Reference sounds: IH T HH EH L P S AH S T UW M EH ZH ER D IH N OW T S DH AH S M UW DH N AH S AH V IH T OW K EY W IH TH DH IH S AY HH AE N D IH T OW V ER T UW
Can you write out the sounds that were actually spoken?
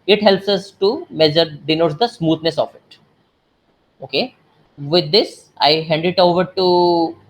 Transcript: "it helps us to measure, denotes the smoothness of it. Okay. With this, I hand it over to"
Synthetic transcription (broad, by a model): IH T HH EH L P S AH S T UW M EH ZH ER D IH N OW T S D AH S M UW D N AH S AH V IH T OW K EY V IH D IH S AY HH AE N D IH T OW V ER T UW